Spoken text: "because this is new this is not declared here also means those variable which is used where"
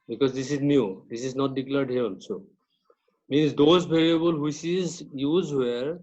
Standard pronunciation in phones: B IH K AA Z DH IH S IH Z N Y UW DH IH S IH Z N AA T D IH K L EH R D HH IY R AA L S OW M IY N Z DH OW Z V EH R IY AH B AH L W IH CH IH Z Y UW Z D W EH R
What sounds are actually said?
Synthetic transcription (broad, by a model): B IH K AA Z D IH S IH Z N Y UW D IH S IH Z N AA T D IH K L EH R D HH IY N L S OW M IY N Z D OW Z B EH R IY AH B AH L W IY S IH Z Y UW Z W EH R